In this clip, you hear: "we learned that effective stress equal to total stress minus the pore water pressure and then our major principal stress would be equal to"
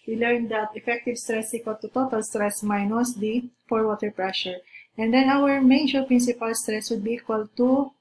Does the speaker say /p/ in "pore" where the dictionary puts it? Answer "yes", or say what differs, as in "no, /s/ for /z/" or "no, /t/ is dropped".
no, /f/ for /p/